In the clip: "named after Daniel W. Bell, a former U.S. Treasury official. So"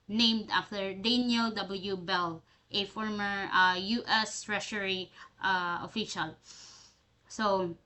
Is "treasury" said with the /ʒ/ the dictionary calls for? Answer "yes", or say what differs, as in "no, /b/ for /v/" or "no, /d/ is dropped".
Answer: no, /ʃ/ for /ʒ/